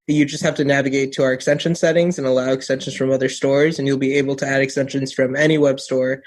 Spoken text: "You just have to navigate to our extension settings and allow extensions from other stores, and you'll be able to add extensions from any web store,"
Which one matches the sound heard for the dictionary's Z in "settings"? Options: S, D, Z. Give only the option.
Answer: Z